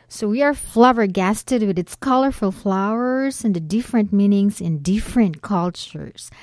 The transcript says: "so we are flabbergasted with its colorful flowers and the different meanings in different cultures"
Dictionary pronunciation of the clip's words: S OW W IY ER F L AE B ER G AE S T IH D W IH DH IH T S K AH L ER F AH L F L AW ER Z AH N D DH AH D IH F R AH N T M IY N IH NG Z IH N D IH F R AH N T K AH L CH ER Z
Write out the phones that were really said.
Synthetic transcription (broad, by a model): S OW W IY ER F L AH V ER G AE S T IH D W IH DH IH T S K AH L ER F AH L F L AW ER Z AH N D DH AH D IH F R AH N T M IY N IH NG Z IH N D IH F R AH N T K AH L CH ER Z